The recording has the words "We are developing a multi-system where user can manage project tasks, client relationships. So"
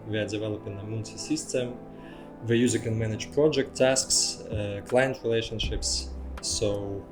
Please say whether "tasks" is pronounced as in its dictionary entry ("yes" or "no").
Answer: yes